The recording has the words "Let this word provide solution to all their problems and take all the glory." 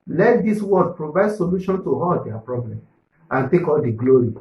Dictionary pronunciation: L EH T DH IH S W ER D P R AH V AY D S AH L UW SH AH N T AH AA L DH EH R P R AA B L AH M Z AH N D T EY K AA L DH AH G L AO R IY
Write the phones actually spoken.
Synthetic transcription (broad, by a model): L EH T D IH S W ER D P R AH V AY D S AH L UW SH AH N T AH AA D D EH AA P R AA B L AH M AH N T EY K AA L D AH G L AO R IY